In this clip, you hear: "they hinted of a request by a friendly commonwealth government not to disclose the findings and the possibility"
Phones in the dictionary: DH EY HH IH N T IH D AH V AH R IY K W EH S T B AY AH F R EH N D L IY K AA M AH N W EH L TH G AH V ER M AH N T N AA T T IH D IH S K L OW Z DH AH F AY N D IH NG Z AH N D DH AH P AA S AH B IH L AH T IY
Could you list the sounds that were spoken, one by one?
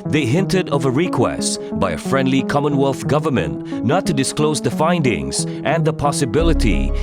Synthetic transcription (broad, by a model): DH EY HH IH N T IH D AH V AH R IY K W EH S T B AY AH F R EH N D L IY K AA M AH N W EH L TH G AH V ER M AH N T N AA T T IH D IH S K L OW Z DH AH F AY N D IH NG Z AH N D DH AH P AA S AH B IH L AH T IY